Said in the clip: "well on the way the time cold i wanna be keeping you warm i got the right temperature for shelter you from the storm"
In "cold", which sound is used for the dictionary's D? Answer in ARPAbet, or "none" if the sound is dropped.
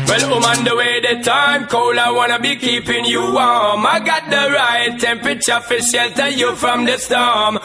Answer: none